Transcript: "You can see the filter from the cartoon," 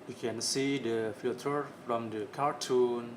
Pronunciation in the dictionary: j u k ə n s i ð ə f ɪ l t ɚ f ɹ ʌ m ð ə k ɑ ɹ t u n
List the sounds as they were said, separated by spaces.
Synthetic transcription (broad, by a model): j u k ə n s i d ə f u t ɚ f ɹ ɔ m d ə k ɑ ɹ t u n